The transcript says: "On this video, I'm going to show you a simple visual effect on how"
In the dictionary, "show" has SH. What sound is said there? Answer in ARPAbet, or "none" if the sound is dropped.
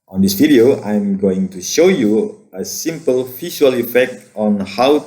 SH